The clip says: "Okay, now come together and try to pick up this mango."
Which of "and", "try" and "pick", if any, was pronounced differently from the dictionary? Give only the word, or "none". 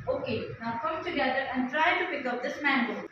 none